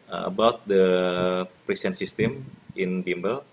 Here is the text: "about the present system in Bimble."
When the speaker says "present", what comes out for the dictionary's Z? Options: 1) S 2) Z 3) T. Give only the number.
1